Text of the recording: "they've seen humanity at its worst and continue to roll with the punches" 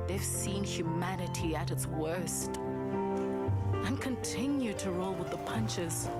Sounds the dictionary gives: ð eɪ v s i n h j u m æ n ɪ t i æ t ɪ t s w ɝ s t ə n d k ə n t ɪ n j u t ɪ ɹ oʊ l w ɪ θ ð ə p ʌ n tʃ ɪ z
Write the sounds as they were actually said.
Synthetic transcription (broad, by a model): ð eɪ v s i n h j u m æ n ɪ t i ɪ t ɪ t s w ɝ s t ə n k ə n t ɪ n j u t ɪ ɹ oʊ l w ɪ ð ə p ʌ n tʃ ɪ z